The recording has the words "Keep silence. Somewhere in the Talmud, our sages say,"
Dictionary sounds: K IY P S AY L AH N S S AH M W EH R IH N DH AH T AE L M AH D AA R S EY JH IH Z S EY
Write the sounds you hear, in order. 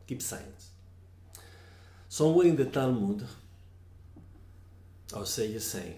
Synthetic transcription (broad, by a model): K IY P S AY AH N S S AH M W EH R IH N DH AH T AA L M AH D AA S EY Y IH S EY